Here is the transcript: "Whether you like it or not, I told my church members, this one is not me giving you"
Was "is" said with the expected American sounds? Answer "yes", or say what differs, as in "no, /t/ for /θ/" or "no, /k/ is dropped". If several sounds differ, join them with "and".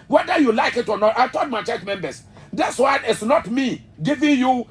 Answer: no, /s/ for /z/